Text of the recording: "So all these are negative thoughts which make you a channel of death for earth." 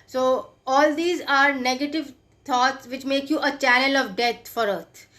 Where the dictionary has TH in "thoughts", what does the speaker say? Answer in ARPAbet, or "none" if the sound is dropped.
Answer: T